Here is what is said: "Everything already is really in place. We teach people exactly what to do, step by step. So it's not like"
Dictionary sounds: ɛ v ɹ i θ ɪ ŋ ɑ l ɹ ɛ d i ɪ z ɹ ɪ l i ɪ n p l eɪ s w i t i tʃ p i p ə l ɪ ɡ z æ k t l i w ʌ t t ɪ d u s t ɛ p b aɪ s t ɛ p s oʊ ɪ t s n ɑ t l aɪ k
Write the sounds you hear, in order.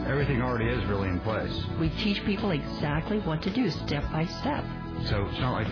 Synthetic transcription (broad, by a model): ɛ v ɹ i θ ɪ ŋ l ɹ ɛ d i ɪ z ɹ ɪ l i ɪ n p l eɪ s w i t i tʃ p i p l ɪ ɡ z æ k t l i w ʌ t t ɪ d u s t ɛ p b aɪ s t ɛ p s oʊ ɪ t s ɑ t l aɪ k